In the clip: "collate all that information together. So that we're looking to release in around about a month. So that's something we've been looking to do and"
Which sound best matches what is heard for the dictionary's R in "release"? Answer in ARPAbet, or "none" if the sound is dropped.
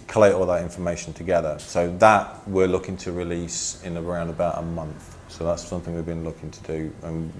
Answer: R